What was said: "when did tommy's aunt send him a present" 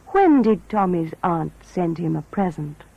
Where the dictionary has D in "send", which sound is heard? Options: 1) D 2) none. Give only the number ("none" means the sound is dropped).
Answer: 1